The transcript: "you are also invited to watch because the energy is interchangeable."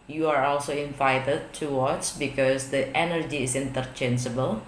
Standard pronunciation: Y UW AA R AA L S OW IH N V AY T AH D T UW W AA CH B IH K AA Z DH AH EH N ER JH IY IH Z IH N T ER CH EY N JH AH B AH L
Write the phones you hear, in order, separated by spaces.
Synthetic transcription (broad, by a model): Y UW AA R AA L S OW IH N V AY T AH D T UW W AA S B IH K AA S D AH EH N ER JH IY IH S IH N T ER CH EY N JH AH B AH L